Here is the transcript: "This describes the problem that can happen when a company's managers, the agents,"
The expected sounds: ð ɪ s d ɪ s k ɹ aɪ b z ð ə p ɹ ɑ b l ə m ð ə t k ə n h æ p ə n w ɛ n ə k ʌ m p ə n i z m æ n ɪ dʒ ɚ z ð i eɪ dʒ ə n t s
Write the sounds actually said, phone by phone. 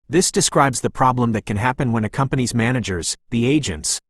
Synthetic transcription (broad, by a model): ð ɪ s d ɪ s k ɹ aɪ b z ð ə p ɹ ɑ b l ə m ð ə t k ə n h æ p ə n w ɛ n ə k ʌ m p ə n i z m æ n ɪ dʒ ɚ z ð i eɪ dʒ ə n t s